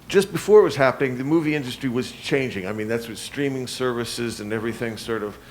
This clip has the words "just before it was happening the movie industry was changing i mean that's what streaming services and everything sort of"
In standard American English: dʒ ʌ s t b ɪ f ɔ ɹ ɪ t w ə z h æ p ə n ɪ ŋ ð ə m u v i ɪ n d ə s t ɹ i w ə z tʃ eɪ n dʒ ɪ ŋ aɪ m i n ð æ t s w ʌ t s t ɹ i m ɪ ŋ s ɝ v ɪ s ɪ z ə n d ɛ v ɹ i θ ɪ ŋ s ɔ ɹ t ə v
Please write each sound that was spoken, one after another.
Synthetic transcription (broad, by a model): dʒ ʌ s b ɪ f ɔ ɹ ɪ t w ə z h æ p ə n ɪ ŋ ð ə m u v i ɪ n d ə s t ɹ i w ə z tʃ eɪ n dʒ ɪ ŋ aɪ m i n ð æ t s w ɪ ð s t ɹ i m ɪ ŋ s ɝ v ɪ s ɪ z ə n ɛ v ɹ i θ ɪ ŋ s ɔ ɹ t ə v